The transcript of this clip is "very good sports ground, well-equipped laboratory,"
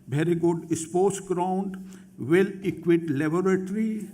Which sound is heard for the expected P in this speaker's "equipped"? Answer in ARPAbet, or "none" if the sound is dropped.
none